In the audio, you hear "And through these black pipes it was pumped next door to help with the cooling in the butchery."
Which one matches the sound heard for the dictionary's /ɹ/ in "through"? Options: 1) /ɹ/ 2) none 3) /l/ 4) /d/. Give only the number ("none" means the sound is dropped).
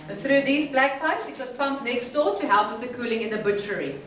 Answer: 1